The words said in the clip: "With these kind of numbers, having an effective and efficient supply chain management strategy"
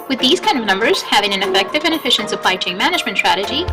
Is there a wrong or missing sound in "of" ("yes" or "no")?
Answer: no